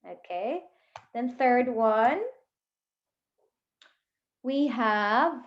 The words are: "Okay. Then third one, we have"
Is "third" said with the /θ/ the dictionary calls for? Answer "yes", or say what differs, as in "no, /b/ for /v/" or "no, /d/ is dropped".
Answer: yes